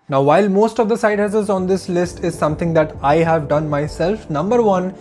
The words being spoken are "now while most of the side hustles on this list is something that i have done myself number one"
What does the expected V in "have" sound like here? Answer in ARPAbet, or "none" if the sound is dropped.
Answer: V